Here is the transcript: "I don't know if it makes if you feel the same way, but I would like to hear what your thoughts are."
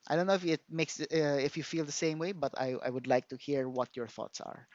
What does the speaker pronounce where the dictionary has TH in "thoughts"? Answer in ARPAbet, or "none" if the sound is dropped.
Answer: TH